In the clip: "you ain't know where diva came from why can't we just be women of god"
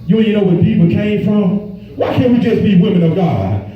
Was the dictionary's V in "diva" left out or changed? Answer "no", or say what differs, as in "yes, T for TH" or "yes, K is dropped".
yes, P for V